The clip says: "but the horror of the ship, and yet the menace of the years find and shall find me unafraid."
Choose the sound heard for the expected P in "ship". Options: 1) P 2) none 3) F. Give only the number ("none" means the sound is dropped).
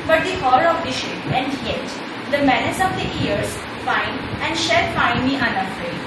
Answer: 2